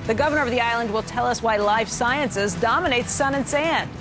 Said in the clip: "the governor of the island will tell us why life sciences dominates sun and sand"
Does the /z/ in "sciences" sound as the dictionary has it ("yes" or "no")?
yes